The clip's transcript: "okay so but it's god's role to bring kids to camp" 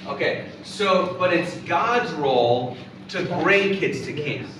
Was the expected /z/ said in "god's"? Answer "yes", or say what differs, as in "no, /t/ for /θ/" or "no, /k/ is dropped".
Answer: yes